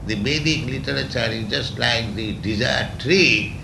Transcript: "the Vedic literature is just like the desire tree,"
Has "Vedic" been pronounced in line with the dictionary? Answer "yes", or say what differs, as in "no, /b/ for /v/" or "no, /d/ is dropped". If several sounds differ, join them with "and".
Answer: no, /b/ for /v/